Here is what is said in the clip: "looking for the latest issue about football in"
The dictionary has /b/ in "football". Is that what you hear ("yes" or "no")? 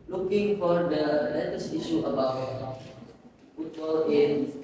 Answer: no